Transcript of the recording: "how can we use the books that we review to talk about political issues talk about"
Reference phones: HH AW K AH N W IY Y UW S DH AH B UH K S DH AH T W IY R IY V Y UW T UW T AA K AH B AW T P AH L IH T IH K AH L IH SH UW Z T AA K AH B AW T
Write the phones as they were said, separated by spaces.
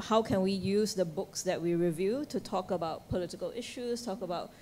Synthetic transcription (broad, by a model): HH AW K AH N W IY Y UW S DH AH B UH K S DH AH T W IY R IY V Y UW T UW T AA K AH B AW T P AH L IH T IH K AH L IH SH UW S T AA K AH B AW T